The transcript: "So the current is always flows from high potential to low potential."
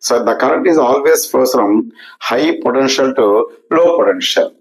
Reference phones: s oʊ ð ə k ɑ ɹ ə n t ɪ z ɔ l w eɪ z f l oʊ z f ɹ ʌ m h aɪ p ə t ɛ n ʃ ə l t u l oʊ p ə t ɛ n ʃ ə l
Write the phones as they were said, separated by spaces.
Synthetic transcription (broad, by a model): s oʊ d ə k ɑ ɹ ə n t ɪ z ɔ l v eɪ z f oʊ s f ɹ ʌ m h aɪ p ə t ɛ n ʃ ə l t u l oʊ p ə t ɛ n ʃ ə l